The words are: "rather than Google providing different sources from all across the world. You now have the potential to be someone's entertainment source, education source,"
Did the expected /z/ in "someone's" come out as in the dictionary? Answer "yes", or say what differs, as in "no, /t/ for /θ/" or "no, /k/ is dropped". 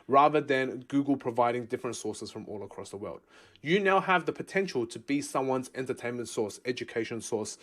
yes